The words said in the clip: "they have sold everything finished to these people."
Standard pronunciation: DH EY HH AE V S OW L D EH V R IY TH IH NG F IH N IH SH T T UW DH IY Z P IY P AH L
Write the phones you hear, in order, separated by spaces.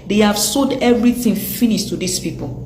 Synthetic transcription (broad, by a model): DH EY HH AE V S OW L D EH V R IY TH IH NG F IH N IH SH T T UW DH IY S P IY P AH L